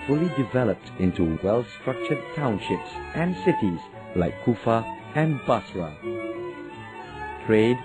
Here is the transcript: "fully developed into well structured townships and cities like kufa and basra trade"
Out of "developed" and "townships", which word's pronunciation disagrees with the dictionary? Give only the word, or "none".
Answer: none